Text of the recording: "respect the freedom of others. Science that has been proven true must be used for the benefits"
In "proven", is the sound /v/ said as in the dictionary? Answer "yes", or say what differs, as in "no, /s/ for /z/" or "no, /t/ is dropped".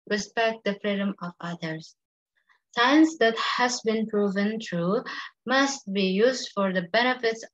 yes